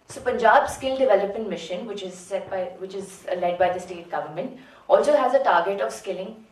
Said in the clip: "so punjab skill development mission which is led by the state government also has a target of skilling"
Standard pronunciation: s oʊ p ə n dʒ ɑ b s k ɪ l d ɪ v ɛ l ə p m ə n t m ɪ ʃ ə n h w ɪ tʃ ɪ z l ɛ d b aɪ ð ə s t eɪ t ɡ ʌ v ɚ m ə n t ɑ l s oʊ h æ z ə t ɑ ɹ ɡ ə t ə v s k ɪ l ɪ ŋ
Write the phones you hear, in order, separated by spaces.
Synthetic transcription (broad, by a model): s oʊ p ə n dʒ ɑ b s k ɪ l d ɪ v ɛ l ə p m ə n t m ɪ ʃ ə n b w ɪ tʃ ɪ z l ɛ d b aɪ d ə s t eɪ t ɡ ʌ v ɚ m ə n t ɑ l s oʊ h æ z ə t ɑ ɹ ɡ ə t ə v s k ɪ l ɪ ŋ